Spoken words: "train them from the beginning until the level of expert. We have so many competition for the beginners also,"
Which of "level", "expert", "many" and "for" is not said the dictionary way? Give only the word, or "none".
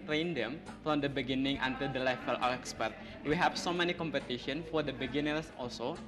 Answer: level